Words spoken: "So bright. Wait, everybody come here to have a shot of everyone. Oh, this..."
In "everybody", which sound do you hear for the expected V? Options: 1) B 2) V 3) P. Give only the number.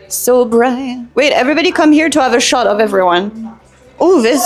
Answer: 2